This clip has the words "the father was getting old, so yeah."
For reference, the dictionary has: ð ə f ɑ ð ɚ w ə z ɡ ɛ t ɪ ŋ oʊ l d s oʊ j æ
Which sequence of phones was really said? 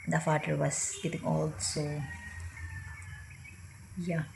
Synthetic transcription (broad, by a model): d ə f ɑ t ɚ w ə s ɡ ɛ t ɪ ŋ oʊ l d s oʊ j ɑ